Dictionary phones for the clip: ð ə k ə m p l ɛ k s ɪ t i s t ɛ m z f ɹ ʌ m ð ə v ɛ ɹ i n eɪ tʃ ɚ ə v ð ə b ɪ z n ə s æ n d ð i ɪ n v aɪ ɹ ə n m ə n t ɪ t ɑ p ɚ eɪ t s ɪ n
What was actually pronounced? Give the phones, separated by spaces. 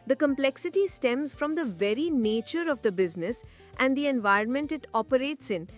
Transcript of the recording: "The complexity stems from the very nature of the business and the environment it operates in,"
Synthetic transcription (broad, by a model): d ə k ə m p l ɛ k s ɪ t i s t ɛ m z f ɹ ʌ m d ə v ɛ ɹ i n eɪ tʃ ɚ ə v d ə b ɪ z n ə s æ n d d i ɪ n v aɪ ə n m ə n t ɪ t ɑ p ɚ eɪ t s ɪ n